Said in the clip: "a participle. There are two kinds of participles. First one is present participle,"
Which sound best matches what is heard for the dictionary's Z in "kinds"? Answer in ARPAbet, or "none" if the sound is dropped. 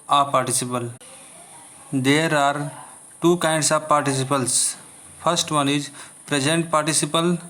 S